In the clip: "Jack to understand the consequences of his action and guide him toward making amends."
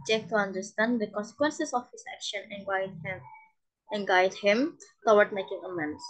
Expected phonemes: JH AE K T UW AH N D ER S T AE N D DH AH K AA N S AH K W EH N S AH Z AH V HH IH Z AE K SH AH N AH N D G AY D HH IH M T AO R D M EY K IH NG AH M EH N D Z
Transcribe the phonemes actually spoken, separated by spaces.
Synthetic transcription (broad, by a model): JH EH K T UW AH N D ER S T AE N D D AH K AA N S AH K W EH N S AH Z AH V HH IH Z AE K SH AH N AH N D G AY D HH IH M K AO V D M EY K IH NG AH M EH N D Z